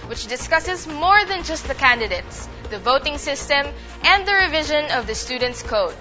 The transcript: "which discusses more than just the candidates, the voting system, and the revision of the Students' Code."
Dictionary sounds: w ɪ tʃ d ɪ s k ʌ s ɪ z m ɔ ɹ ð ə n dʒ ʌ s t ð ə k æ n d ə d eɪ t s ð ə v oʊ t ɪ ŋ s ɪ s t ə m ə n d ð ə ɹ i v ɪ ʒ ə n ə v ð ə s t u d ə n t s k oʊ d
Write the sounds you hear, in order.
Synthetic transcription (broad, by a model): w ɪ tʃ d ɪ s k ʌ s ɪ z m ɔ ɹ ð ə n dʒ ʌ s t ð ə k æ n d ə d eɪ t s ð ə v oʊ t ɪ ŋ s ɪ s t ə m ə n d ð ə ɹ i v ɪ ʒ ə n ə v ð ə s t u d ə n t s k oʊ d